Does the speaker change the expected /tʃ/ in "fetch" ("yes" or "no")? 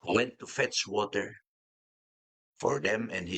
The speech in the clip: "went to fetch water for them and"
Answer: yes